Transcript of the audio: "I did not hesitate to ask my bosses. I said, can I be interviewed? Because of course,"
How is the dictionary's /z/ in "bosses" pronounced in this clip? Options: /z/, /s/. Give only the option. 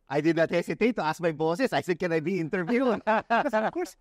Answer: /s/